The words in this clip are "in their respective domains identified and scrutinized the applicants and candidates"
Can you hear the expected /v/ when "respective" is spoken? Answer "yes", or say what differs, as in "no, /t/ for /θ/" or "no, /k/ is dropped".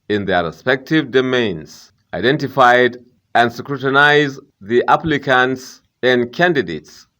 yes